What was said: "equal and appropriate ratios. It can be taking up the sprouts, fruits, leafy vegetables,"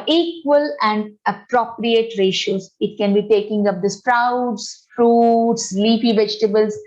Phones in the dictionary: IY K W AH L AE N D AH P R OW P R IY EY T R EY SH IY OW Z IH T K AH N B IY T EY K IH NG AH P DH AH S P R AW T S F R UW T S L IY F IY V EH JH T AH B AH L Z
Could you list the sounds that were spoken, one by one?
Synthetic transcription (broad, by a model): IY K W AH L AE N D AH P R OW P R IY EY T R EY SH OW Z IH T K AH N B IY T EY K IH NG AH P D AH S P R AW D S F R UW T S L IY P IY V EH JH T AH B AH L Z